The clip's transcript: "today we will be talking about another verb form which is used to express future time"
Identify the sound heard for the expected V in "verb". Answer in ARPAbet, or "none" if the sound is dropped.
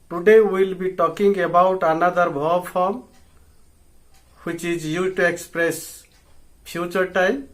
B